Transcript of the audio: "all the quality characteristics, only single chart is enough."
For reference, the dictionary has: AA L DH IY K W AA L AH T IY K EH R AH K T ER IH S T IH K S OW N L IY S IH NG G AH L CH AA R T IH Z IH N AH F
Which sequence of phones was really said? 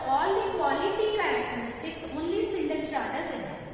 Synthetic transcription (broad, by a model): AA L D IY K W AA L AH T IY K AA AH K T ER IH S T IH K S OW N L IY S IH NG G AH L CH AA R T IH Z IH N